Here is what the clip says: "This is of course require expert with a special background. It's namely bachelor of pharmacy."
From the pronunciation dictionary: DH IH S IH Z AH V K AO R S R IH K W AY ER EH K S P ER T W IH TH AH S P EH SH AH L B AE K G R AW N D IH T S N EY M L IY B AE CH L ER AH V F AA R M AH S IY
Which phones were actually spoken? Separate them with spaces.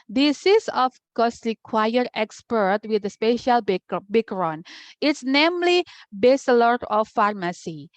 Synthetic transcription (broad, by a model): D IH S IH S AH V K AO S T R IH K W AY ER EH K S P ER T W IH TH AH S P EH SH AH L B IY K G R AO N IH T S N EY M L IY B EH S L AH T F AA R M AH S IY